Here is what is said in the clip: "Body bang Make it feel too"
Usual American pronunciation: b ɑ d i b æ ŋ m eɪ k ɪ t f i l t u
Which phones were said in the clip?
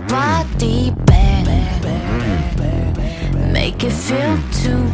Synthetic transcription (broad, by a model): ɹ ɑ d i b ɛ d m eɪ k ɪ t f i l t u